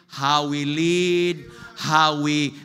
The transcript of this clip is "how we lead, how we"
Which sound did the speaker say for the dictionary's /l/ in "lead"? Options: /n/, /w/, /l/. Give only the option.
/l/